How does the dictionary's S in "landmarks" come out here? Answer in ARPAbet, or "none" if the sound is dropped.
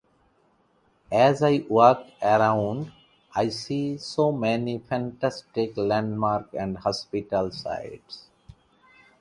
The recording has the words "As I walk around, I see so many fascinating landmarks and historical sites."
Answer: none